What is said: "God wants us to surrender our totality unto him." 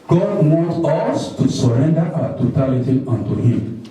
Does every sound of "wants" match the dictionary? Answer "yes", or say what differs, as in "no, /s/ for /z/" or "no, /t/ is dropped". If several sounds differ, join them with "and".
no, /n/ is dropped and /s/ is dropped